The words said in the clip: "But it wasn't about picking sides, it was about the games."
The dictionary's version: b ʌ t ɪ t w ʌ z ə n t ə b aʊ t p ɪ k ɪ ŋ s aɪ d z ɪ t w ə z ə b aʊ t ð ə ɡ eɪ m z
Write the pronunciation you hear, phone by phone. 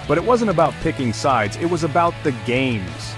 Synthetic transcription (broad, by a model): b ʌ t ɪ t w ʌ z ə n t ə b aʊ t p ɪ k ɪ ŋ s aɪ d z ɪ t w ə z ə b aʊ t ð ə ɡ eɪ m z